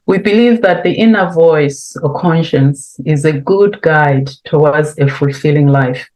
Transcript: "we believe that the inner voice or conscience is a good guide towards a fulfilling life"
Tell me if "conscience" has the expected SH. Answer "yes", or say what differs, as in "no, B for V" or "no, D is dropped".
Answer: yes